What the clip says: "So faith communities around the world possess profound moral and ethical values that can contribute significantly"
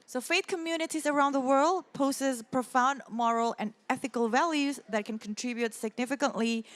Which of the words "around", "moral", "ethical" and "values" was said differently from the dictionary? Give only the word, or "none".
none